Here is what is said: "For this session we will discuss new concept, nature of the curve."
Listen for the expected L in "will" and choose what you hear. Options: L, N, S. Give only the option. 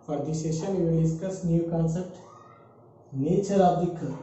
N